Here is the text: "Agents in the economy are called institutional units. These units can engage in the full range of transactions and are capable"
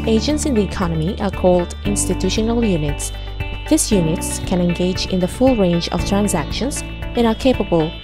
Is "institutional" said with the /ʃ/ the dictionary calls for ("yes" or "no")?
yes